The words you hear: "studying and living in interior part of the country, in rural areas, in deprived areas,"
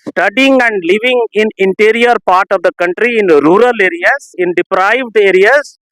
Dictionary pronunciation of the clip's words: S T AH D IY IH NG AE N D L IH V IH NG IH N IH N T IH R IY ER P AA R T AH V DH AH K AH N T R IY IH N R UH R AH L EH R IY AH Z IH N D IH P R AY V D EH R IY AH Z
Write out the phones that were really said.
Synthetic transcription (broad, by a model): S T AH D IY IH NG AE N D L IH V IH NG IH N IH N T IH R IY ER P AA R T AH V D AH K AH N T R IY IH N R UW R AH L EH R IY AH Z IH N D IH P R AY V D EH R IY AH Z